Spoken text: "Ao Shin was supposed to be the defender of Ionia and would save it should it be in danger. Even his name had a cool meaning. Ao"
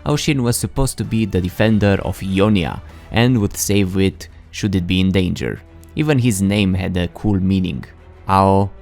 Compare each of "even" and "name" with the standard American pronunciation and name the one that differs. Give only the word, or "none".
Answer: none